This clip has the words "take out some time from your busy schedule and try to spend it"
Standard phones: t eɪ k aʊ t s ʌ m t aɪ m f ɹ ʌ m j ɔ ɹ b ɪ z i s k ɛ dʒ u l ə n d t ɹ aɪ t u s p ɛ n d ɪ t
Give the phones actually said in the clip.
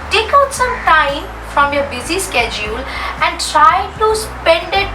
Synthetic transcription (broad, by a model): t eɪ k aʊ t s ʌ m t aɪ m f ɹ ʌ m j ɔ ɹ b ɪ z i s k ɛ dʒ u l ə n d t ɹ aɪ t u s p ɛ n d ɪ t